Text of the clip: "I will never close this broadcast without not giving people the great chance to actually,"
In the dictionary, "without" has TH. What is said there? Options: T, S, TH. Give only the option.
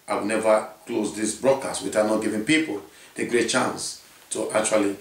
T